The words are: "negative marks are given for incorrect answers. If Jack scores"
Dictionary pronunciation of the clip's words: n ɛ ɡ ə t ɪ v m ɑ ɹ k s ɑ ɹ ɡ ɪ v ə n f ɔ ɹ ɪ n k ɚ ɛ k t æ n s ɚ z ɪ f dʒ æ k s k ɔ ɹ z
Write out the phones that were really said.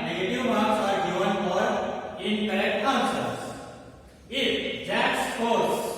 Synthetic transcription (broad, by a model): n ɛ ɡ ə t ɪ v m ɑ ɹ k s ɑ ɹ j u ə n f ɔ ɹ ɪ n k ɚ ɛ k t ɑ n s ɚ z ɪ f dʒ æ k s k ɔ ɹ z